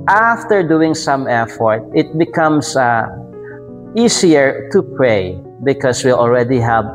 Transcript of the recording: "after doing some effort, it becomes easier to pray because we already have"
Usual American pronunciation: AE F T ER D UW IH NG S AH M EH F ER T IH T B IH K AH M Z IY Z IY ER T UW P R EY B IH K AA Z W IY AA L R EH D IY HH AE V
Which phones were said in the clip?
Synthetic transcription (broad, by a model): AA F T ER D UW IH NG S AH M EH F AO T IH T B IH K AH M S IY S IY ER T UW P R EY B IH K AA S W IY AA L R EH D IY HH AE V